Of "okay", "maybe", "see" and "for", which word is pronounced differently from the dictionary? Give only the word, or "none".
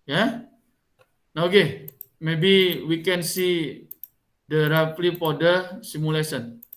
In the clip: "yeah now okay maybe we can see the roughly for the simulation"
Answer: for